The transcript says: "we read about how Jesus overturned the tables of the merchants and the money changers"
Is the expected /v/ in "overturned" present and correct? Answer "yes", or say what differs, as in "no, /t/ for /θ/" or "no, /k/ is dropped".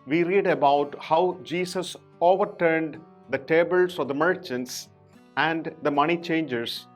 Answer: yes